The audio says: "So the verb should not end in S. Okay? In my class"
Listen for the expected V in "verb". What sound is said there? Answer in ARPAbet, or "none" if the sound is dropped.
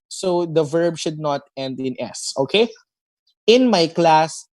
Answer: V